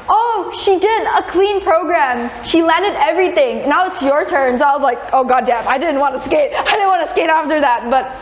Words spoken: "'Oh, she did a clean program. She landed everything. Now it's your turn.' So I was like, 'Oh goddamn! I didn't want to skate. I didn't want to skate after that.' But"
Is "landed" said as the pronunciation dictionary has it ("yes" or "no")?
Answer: yes